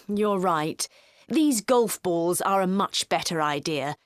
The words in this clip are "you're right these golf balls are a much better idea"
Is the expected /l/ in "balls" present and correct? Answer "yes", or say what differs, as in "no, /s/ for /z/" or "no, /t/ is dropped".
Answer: yes